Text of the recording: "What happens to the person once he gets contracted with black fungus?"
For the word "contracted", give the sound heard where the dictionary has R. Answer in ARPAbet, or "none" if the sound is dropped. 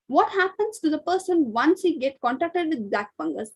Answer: none